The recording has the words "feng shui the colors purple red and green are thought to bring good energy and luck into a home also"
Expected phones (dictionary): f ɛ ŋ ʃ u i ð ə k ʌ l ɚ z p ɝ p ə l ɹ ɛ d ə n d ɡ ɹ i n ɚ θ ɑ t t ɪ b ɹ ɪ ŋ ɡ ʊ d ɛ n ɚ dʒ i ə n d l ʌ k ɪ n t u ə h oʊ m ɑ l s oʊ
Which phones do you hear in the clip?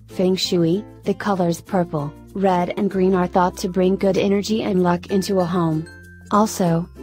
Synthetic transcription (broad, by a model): f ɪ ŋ ʃ u i ð ə k ʌ l ɚ z p ɝ p l ɹ ɛ d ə n ɡ ɹ i n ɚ θ ɑ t t ɪ b ɹ ɪ ŋ ɡ ʊ d ɛ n ɚ dʒ i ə n l ʌ k ɪ n t u ə h oʊ m ɑ l s oʊ